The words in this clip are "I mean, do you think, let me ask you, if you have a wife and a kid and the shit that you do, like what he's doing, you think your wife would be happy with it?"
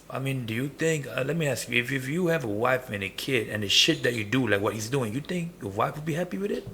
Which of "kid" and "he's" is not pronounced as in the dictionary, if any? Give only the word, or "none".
none